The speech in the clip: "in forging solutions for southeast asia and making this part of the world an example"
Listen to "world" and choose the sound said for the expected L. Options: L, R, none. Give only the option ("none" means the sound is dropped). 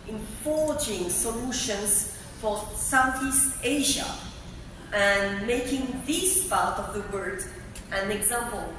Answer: none